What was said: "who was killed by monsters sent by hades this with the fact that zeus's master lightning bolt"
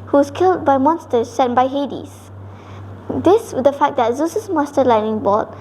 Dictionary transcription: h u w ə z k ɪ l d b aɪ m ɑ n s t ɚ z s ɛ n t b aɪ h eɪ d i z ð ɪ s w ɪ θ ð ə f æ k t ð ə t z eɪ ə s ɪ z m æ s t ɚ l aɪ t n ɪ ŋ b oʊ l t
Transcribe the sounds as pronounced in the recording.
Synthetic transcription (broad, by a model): h u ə s k ɪ l d b aɪ m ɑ n s t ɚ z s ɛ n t b aɪ h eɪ d i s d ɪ s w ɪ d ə f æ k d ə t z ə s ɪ s m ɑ s t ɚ l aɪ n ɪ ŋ b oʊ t